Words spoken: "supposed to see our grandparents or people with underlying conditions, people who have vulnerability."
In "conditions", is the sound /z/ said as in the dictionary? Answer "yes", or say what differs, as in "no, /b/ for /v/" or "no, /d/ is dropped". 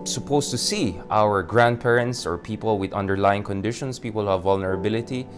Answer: no, /s/ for /z/